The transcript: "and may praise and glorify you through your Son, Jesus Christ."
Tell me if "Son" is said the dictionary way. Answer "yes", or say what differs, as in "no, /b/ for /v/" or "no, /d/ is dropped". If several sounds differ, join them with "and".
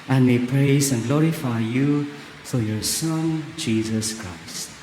yes